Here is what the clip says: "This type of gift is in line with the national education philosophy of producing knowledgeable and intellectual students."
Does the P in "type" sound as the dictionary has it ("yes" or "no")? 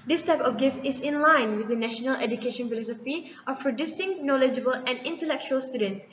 yes